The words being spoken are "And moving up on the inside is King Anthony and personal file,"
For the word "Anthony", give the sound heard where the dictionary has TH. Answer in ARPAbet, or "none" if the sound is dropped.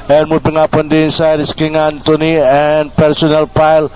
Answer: T